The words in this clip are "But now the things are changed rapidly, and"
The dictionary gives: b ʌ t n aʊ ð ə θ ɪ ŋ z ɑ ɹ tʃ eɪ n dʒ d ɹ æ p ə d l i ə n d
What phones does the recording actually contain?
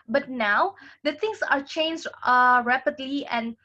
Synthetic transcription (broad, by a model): b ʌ t n aʊ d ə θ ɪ ŋ s ɑ ɹ tʃ eɪ n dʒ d ɹ æ p ə d l i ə n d